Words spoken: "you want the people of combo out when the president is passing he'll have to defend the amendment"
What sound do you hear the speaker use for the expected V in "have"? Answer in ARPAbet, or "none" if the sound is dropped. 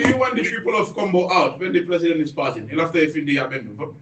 F